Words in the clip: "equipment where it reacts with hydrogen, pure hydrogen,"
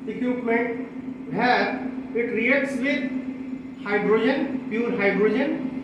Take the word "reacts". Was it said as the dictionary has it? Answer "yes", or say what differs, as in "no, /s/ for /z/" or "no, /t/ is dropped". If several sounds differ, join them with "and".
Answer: no, /k/ is dropped